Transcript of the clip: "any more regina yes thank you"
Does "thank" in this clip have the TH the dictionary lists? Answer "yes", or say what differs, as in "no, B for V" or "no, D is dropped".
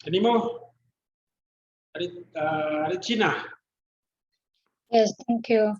no, T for TH